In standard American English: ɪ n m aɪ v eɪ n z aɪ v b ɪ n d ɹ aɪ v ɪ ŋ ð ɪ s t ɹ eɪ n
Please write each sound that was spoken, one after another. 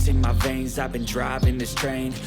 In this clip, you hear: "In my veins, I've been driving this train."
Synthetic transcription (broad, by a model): ɪ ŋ m aɪ v eɪ n z aɪ v b ɪ n d ɹ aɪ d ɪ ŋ ð ɪ s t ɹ eɪ n